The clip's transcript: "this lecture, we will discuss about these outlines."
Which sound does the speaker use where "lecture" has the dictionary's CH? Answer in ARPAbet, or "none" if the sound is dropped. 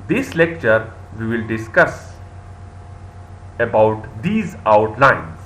CH